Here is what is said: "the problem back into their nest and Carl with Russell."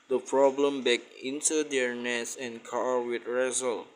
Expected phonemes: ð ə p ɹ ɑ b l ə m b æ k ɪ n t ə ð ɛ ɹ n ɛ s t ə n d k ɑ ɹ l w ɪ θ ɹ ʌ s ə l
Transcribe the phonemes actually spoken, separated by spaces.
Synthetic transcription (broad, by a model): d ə p ɹ ɑ b l ə m b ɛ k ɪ n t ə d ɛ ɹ n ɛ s ə n k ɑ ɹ w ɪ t ɹ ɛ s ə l